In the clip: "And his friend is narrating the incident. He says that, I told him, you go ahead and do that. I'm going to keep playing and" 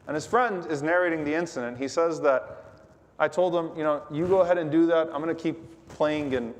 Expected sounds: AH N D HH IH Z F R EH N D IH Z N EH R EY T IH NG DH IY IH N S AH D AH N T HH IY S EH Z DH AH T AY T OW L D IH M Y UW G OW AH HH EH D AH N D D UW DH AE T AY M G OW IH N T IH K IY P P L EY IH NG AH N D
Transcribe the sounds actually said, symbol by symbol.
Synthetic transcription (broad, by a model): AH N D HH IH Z F R EH N D IH Z N EH R EY T IH NG DH IY IH N S AH D AH N T HH IY S EH Z DH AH T AY T OW L D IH M Y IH G OW AH HH EH D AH N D D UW DH AE T AY M G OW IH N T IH K IY P P L EY IH NG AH N